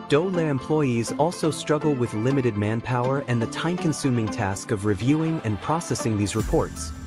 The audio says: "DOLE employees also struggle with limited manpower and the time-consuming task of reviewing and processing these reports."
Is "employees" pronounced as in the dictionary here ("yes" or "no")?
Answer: yes